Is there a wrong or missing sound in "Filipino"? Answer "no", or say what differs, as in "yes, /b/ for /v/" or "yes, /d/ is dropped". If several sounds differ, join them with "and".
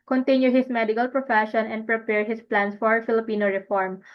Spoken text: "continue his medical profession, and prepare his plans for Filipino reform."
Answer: no